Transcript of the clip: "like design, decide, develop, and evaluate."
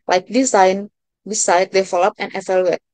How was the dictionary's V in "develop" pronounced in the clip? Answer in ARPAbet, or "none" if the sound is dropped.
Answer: F